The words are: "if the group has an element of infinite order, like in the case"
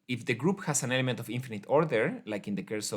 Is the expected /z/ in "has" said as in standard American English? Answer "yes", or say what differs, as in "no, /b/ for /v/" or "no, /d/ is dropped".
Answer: no, /s/ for /z/